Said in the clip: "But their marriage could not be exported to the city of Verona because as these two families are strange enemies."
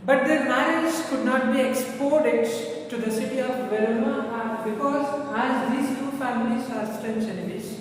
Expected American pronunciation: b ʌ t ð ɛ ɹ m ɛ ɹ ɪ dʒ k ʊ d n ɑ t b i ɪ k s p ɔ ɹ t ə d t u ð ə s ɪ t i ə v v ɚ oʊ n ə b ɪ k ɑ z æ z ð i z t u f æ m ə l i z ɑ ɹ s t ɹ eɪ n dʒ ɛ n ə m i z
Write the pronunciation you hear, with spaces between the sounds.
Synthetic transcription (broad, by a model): b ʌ t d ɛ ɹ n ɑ ɪ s k ʊ d n ɑ t b i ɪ k s p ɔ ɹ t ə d t u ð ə s ɪ t i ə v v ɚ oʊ ə b ɪ k ɑ z æ z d i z t u f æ m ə l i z ɑ ɹ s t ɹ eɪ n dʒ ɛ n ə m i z